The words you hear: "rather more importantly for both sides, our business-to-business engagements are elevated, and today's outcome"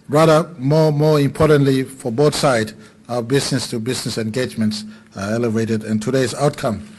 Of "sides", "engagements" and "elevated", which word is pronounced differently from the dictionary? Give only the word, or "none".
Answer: sides